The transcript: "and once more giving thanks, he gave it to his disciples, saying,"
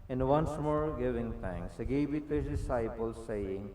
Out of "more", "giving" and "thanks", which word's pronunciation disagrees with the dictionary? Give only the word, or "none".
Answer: thanks